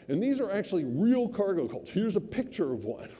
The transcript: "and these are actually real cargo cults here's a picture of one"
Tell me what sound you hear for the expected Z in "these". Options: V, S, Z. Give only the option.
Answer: Z